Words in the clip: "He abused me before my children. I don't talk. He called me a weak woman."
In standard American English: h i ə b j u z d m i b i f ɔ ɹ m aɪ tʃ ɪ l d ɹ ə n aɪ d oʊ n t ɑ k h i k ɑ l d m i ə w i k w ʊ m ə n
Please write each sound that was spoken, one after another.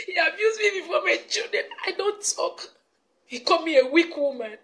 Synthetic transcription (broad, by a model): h i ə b j u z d m i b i f ɔ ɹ m aɪ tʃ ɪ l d ə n aɪ d oʊ n t ɑ k h i k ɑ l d m i ə w i k w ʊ m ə n